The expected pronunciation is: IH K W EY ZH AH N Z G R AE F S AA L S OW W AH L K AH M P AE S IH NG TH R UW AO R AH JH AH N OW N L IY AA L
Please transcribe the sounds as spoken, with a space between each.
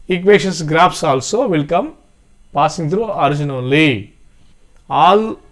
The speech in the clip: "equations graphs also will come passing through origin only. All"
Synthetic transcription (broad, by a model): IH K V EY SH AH N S G R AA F S AA L S OW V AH L K AH M P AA S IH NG T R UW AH R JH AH N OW L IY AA L